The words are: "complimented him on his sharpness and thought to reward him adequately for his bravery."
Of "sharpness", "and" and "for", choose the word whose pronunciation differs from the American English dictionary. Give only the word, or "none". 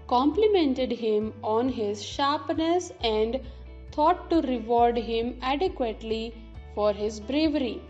none